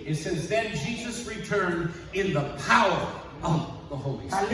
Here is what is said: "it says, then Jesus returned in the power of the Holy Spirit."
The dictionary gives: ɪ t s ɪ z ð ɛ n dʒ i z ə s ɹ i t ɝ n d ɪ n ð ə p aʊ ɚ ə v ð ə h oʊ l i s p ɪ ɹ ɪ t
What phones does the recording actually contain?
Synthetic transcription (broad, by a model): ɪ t s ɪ s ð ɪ n dʒ i z ə s ɹ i t ɝ n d ɪ n ð ə p aʊ ɚ ə v ð ə h oʊ i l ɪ